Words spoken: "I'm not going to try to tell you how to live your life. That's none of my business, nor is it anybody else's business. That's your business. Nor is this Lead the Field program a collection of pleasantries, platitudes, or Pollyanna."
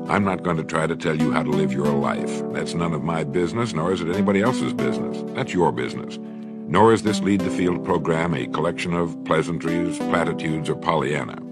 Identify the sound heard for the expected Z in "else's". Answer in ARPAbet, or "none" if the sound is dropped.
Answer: Z